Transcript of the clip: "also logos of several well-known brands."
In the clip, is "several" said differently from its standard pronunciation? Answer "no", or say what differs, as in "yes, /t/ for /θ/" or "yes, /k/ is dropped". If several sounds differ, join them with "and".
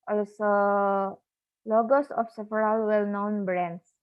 yes, /f/ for /v/